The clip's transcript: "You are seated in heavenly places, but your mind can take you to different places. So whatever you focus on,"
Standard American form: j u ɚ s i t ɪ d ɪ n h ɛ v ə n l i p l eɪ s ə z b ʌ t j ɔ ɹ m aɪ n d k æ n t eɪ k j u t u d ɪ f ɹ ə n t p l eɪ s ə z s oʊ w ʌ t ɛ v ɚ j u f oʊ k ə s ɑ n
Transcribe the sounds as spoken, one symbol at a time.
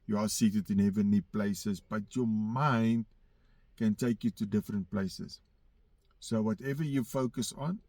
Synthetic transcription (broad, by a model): j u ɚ s i t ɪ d ɪ n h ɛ v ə n i p l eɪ s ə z b ʌ t j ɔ m aɪ n d k æ n t eɪ k j u t u d ɪ f ɹ ə n t p l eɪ s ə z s oʊ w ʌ t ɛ v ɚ j u f oʊ k ə s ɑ n